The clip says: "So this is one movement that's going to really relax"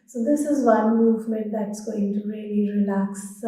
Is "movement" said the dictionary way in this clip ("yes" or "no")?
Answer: yes